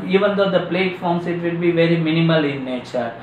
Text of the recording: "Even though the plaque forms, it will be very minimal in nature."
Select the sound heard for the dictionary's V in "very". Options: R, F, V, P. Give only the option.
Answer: V